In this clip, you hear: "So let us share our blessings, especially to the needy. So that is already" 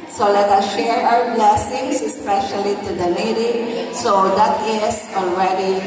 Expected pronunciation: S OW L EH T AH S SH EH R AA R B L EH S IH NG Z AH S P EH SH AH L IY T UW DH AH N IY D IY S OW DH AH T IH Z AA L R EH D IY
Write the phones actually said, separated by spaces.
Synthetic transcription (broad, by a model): S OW L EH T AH SH EH R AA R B L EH S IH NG S AH S P EH SH AH L IY T UW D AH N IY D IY S OW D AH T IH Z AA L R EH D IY